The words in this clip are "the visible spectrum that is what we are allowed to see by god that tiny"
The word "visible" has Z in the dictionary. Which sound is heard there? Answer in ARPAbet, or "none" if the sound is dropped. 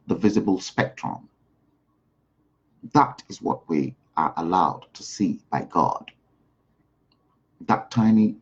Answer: Z